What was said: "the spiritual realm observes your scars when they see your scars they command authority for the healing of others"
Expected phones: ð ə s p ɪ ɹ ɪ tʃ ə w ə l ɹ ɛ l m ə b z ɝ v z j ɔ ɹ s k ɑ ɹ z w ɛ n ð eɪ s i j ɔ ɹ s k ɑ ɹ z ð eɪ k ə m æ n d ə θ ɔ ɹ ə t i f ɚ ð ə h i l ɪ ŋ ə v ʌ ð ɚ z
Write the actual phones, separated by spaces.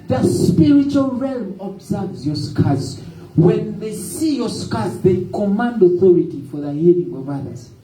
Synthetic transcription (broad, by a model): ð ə s p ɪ ɹ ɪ tʃ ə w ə l ɹ ɛ l m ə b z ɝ v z j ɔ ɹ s k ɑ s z w ɛ n ð eɪ s i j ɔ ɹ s k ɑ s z ð eɪ k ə m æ n d ə θ ɔ ɹ ə t i f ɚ ð ə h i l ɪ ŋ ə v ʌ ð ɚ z